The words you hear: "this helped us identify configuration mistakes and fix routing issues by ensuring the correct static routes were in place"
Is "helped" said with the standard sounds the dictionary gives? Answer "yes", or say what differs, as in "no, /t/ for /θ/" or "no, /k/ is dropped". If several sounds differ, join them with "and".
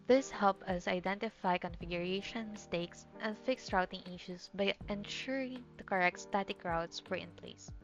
no, /t/ is dropped